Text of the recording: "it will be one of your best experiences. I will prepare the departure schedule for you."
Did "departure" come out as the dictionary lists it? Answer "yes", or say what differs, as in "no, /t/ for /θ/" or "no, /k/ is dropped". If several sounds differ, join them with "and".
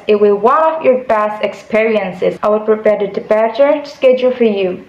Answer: no, /b/ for /p/